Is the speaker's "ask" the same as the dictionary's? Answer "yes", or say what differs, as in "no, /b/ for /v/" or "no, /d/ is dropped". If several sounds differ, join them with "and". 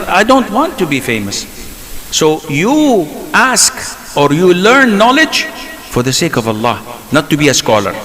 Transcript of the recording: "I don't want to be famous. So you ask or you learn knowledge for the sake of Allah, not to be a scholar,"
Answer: yes